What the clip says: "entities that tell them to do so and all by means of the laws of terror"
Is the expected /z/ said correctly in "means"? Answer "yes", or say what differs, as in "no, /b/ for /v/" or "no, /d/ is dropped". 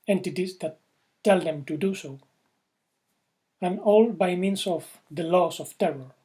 no, /s/ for /z/